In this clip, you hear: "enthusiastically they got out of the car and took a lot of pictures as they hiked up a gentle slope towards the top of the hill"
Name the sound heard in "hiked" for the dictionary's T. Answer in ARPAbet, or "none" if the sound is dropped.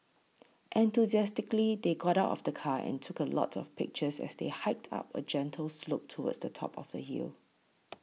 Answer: T